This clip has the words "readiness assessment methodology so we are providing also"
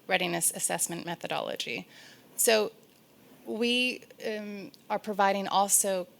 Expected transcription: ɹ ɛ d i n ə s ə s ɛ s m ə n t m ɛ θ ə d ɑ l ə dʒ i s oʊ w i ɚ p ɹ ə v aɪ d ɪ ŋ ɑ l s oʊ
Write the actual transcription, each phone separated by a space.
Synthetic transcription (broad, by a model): ɹ ɛ d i n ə s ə s ɛ s m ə n m ɛ θ ə d ɑ l ə dʒ i s oʊ w i ɚ p ɹ ə v aɪ d ɪ ŋ ɑ l s oʊ